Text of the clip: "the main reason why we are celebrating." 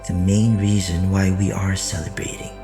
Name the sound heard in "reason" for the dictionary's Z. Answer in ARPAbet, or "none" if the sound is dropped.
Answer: Z